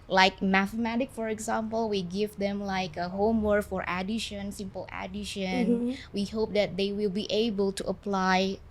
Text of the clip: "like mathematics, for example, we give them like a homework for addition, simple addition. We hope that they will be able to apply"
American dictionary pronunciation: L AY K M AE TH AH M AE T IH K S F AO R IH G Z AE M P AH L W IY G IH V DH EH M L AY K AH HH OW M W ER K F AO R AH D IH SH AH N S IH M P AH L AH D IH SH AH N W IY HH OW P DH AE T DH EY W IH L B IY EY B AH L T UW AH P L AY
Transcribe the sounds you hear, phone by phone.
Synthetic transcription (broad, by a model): L AY K M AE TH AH M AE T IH K F AO R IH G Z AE M P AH L W IY G IH V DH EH M L AY K AH HH OW M W ER K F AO R AH D IH SH AH N S IH M P AH L AH D IH SH AH N W IY HH OW P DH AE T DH EY W IH L B IY EY B AH L T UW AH P L AY